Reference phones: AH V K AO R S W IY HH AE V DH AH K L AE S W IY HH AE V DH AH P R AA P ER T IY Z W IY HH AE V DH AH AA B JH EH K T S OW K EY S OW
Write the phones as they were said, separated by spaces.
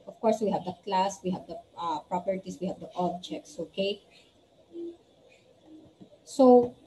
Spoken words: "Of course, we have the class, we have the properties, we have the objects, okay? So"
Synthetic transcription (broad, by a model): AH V K AO R S W IY HH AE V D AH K L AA S W IY HH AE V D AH P R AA P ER T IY S W IY HH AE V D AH AA B JH EH K T S OW K EY S OW